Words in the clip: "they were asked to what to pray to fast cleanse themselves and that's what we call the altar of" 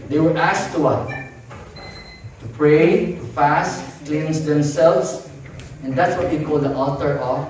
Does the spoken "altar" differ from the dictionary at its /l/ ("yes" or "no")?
yes